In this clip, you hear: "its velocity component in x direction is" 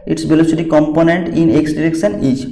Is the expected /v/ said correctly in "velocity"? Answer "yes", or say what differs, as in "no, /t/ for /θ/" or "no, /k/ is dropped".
no, /b/ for /v/